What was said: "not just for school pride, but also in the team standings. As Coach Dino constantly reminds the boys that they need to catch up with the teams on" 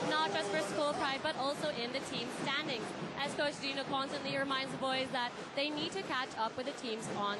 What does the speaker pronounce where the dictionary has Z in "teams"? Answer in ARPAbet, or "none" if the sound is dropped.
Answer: Z